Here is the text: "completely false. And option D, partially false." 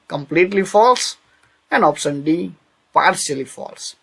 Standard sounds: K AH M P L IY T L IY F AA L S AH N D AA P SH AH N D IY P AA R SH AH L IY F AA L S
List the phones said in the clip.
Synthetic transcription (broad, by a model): K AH M P L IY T L IY F AA L S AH N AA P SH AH N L IY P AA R S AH L IY F AA L S